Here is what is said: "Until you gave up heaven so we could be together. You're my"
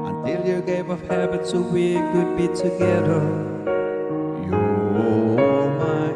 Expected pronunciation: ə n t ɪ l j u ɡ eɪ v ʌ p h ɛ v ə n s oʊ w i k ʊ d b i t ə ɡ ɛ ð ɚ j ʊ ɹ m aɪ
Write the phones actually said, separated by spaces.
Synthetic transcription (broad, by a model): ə n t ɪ l j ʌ ɡ eɪ v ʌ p h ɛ b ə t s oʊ w i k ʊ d b i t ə ɡ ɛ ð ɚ j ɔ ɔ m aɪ